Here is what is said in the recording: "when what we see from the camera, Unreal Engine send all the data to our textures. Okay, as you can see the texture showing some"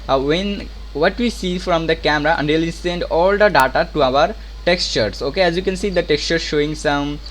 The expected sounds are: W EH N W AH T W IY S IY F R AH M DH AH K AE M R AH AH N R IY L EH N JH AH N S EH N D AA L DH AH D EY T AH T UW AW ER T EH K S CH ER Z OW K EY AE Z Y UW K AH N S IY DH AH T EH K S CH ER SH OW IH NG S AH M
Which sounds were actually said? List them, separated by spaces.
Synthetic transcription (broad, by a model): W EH N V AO T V IY S IY F R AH M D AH K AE M R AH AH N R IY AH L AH S EH N D AA L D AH D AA T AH T UW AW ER T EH K S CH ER S OW K EY AE Z Y UW K AH N S IY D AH T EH K S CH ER SH OW IH NG S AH M